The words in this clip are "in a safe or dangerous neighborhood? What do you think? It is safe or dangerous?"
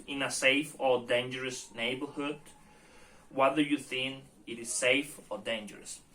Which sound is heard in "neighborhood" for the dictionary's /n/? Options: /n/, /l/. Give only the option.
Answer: /n/